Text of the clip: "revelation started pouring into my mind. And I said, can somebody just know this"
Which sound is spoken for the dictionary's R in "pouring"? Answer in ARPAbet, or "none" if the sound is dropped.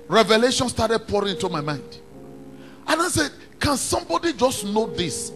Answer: R